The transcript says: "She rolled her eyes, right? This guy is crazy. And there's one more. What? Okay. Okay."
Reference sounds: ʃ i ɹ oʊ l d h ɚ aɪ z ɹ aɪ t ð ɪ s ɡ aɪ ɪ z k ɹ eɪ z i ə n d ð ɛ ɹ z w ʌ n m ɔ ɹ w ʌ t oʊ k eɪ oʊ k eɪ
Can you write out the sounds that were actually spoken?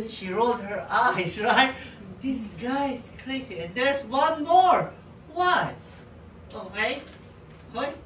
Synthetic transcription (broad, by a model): ʃ i ɹ oʊ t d h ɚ aɪ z ɹ aɪ t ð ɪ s ɡ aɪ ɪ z k l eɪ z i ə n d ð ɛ ɹ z w ʌ n m ɔ ɹ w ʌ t oʊ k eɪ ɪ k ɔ